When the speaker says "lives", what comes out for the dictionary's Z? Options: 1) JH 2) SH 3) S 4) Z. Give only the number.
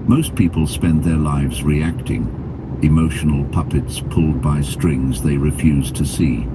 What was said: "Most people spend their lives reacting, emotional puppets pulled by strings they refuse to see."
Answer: 4